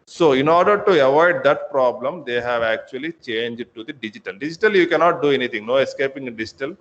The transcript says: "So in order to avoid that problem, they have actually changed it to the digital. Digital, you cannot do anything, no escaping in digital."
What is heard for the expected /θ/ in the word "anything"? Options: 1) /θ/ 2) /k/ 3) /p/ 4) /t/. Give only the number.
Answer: 4